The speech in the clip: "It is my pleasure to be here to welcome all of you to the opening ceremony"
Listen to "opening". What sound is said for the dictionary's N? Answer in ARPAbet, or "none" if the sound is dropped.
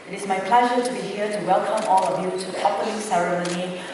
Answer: L